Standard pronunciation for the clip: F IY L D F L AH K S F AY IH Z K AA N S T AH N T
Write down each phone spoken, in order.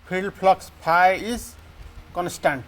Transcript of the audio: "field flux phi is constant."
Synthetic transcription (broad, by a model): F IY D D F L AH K S P AY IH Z K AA N S T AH N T